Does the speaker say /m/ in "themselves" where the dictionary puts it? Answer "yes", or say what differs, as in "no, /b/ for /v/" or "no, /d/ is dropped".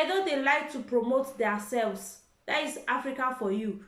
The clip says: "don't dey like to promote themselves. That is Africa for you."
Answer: no, /m/ is dropped